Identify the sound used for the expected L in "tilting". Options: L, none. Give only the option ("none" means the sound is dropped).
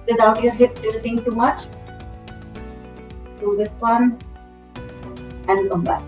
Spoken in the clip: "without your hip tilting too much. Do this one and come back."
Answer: none